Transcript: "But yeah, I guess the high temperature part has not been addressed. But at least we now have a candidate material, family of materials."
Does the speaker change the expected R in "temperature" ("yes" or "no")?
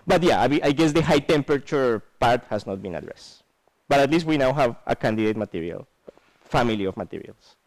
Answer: yes